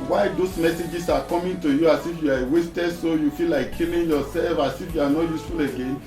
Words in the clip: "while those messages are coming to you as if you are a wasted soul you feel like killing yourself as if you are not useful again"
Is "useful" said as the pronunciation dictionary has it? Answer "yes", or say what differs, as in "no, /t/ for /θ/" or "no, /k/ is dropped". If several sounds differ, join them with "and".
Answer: yes